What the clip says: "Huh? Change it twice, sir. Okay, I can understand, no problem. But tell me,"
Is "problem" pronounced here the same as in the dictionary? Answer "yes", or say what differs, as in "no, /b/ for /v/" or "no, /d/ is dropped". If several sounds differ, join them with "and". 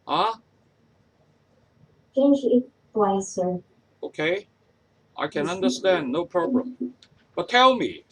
no, /l/ is dropped